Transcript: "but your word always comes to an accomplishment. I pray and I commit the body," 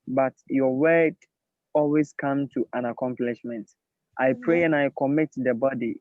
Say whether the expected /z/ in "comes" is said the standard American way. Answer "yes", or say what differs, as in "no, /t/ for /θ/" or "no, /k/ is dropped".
no, /z/ is dropped